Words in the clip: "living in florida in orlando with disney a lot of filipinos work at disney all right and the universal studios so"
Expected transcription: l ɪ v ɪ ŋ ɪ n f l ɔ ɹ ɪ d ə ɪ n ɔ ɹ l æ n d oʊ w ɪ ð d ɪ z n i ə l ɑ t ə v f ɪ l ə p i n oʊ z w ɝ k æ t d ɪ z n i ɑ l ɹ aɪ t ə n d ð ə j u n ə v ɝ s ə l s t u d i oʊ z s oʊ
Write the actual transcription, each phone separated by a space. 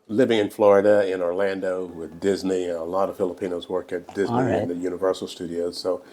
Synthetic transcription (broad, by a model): l ɪ v ɪ ŋ ɪ n f l ɔ ɹ ɪ d ə ɪ n ɔ ɹ l æ n d oʊ w ɪ ð d ɪ z n i ə l ɑ t ə v f ɪ l ə p i n oʊ z w ɝ k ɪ t d ɪ z n i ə n ð ə j u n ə v ɝ s l s t u d i oʊ z s oʊ